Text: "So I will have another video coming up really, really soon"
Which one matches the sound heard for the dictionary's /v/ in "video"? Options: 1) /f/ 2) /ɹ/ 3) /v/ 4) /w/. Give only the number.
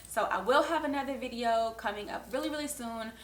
3